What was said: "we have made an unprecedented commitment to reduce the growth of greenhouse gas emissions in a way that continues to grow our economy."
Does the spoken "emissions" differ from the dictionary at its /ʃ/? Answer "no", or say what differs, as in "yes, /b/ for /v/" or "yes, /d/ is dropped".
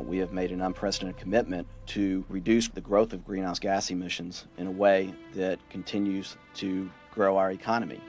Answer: no